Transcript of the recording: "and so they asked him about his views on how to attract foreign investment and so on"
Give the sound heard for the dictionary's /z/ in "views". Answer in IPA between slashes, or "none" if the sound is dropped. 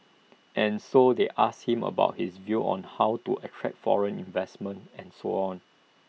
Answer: none